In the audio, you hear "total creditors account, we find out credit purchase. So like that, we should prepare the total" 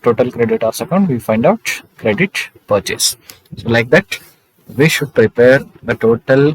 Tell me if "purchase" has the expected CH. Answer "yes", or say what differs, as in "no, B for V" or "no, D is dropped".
yes